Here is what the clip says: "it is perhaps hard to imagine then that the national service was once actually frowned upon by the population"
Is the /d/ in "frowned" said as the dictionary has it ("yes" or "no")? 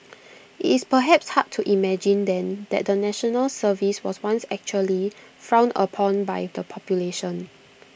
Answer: no